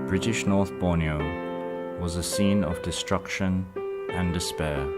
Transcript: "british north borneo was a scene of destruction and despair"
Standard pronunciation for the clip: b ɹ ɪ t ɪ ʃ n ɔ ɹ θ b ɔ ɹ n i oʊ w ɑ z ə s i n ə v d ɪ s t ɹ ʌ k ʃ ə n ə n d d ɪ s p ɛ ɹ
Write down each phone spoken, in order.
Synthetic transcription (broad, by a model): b ɹ ɪ t ɪ ʃ n ɔ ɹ θ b ɔ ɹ n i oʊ w ɑ z ə s i n ə v d ɪ s t ɹ ʌ k ʃ ə n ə n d d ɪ s p ɛ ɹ